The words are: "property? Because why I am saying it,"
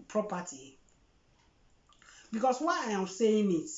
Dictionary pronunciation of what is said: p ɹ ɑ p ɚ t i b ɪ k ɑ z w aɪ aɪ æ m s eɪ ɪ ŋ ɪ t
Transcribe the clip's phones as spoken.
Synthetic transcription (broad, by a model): p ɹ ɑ p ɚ t i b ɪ k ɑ s w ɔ aɪ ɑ m s eɪ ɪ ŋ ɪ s